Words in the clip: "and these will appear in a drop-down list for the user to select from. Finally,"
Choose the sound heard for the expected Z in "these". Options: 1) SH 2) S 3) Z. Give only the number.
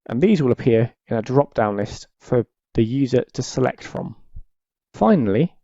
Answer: 3